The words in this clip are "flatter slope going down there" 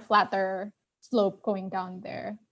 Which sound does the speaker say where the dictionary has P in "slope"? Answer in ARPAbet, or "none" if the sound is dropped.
P